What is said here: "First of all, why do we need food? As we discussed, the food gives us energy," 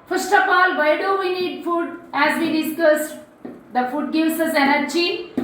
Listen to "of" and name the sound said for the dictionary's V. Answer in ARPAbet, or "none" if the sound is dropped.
P